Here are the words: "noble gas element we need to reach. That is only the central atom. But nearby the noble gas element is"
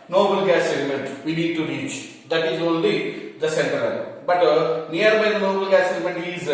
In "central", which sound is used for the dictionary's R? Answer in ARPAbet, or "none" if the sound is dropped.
none